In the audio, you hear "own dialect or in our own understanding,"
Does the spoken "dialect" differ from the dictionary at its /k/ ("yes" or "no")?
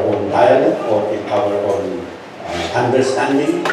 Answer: yes